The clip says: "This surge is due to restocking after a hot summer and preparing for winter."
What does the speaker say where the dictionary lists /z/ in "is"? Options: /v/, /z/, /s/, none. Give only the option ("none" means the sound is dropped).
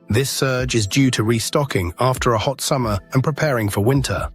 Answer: /z/